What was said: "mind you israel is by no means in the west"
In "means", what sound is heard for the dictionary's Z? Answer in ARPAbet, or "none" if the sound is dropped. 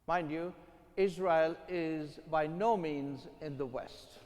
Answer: Z